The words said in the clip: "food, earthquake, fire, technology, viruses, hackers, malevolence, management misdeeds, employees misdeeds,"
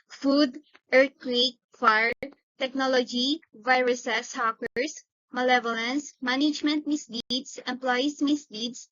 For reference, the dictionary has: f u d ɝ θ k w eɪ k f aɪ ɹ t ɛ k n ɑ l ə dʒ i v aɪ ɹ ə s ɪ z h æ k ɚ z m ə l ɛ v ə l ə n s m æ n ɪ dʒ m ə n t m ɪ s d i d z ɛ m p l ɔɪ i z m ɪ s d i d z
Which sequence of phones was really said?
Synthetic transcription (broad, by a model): f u d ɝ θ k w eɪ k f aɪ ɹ t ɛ k n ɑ l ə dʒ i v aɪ ɹ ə s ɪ s h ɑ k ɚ s m ə l ɛ v ə l ə n s m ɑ n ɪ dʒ m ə n t m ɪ s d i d s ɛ m p l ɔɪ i s m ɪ s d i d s